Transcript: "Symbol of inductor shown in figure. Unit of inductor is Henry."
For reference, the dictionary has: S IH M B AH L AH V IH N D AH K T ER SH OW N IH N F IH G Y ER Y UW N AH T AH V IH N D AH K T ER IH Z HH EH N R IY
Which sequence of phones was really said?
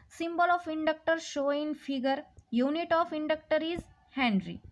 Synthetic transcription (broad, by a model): S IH M B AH L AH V IH N D AH K T ER SH OW IH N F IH G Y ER Y UW N AH T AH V IH N D AH K T ER IH Z HH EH N R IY